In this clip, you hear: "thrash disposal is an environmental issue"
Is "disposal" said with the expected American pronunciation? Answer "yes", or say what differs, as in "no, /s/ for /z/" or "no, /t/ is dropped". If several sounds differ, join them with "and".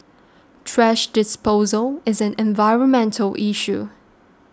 yes